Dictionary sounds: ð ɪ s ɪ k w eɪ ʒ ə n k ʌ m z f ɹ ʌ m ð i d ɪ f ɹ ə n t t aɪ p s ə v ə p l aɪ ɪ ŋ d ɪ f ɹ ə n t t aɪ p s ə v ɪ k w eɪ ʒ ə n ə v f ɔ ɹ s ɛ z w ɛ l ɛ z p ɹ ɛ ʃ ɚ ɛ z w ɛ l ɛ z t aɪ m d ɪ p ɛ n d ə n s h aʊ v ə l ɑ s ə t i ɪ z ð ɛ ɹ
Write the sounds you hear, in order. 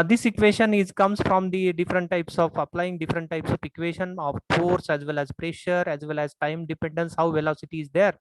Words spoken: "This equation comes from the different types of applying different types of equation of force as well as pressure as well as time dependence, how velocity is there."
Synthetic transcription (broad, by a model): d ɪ s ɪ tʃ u eɪ ʃ ə n k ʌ m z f ɹ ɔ m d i d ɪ f ɹ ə n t t aɪ p s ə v ə p l aɪ ɪ ŋ d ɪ f ɹ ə n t t aɪ p s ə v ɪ k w eɪ ʃ ə n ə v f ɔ ɹ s ɛ z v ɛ l ɛ z p ɹ ɛ ʃ ɚ ɛ z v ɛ l ɛ z t aɪ m d ɪ p ɛ n d ə n s h aʊ v ə l ɑ s ə t i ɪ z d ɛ ɹ